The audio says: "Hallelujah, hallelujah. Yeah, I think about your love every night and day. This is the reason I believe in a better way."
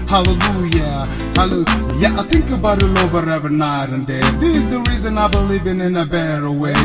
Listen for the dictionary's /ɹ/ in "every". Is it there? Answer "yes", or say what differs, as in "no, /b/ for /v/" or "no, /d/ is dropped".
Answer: no, /ɹ/ is dropped